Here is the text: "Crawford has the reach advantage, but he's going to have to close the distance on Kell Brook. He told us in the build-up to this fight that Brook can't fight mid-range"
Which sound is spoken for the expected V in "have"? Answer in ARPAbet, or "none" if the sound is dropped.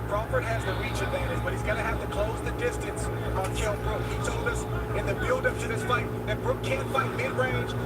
F